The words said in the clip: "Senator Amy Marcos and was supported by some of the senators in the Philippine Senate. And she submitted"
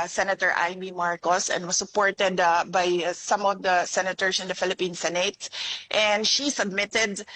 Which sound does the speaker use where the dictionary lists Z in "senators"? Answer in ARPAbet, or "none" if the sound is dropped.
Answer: S